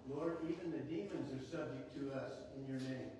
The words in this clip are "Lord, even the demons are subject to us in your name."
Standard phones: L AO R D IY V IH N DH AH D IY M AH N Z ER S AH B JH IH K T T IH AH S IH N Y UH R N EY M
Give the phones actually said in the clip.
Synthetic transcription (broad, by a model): L AO R D IY V IH N DH AH D IY M AH N Z ER S AH B JH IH K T T IH AH S IH N Y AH R N EY M